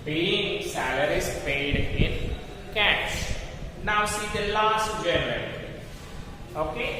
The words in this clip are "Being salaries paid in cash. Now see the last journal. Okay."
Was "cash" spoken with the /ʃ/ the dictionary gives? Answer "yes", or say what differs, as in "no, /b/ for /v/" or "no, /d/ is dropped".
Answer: no, /s/ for /ʃ/